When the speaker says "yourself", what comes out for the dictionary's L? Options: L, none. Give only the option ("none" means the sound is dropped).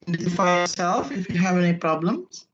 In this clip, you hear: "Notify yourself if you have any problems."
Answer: L